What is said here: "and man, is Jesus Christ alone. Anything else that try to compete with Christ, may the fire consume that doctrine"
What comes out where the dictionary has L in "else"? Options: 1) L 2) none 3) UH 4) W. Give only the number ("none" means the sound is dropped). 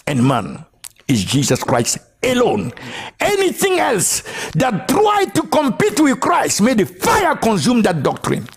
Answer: 1